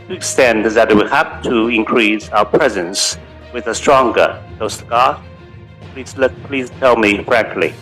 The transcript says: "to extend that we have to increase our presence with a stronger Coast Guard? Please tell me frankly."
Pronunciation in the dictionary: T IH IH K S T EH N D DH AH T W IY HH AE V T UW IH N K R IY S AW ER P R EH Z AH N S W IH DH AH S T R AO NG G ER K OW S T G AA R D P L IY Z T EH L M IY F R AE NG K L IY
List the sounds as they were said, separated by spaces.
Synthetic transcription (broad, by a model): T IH IH K S T EH N D DH AH T W IY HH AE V T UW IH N K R IY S AW ER P R EH Z AH N S W IH DH AH S T R AO NG G ER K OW S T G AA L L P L IY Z T EH L M IY F R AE NG K L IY